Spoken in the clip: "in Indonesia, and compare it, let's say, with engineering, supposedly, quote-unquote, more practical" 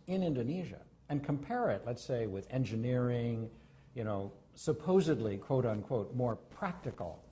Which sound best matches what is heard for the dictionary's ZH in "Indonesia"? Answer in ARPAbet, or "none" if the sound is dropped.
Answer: ZH